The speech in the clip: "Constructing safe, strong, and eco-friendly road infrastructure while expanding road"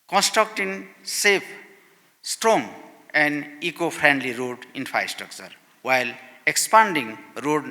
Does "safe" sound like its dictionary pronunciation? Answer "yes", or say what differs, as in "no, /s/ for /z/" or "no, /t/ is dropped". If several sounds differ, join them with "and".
no, /p/ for /f/